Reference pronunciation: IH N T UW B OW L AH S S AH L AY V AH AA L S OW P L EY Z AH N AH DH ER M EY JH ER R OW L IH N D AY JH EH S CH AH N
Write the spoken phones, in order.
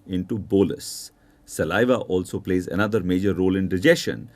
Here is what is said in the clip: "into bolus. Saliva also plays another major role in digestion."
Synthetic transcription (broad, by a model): IH N T UW B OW L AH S S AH L AY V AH AA L S OW P L EY Z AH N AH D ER M EY JH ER R OW L IH N D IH JH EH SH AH N